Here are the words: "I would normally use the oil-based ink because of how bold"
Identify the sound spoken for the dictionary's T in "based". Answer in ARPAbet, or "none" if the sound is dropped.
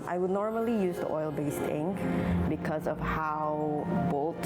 T